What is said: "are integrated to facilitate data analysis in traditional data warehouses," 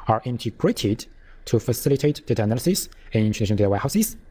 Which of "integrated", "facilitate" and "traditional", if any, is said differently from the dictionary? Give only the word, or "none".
traditional